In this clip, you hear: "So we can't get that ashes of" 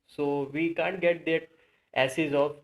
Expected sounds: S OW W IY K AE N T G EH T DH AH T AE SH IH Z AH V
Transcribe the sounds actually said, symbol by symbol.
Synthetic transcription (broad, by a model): S OW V IY K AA N T G EH T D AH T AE S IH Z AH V